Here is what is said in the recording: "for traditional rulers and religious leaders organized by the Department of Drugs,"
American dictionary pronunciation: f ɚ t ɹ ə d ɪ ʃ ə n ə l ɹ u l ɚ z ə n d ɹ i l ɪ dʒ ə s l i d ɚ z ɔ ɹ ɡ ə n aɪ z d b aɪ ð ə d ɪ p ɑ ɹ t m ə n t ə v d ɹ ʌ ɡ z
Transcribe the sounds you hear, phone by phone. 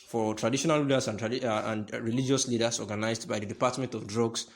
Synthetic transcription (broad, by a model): f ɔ t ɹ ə d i ʃ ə n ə l l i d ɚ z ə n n ɹ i l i dʒ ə s l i d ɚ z ɔ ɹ ɡ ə n aɪ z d b aɪ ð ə d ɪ p ɑ t m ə n t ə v d ɹ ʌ ɡ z